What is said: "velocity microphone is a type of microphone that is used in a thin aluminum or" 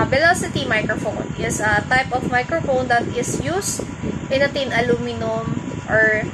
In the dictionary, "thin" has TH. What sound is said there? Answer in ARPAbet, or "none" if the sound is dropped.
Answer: T